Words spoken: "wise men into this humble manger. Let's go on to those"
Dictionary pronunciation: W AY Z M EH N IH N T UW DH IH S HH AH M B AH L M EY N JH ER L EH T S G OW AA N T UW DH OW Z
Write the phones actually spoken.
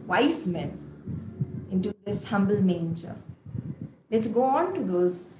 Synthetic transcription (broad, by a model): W AY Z M EH N IH N T UW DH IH S HH AH M B AH L M EY N JH ER L EH T S G OW AA N T UW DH OW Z